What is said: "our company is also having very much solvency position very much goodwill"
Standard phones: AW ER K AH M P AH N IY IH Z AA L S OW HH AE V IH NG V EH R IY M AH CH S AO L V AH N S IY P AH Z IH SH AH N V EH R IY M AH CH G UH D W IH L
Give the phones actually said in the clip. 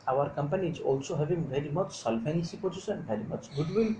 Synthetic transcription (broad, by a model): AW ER K AH M P AH N IY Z AA L S OW HH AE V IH NG V EH R IY M AH CH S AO L F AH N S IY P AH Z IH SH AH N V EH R IY M AH CH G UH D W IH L